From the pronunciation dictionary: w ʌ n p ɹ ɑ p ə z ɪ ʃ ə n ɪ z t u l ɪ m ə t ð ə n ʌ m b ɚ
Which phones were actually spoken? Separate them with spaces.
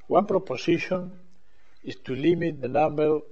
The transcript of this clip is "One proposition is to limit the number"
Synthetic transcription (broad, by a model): w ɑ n p ɹ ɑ p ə s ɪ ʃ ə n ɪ s t u l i m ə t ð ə n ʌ m b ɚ